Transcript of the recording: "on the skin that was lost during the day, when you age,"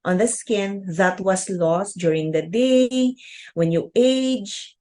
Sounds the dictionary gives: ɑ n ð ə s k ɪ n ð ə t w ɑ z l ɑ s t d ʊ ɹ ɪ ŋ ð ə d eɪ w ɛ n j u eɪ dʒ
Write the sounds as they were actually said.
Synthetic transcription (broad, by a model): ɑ n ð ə s k ɪ n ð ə t w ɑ s l ɑ s t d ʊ ɹ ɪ ŋ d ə d eɪ w ɛ n j u eɪ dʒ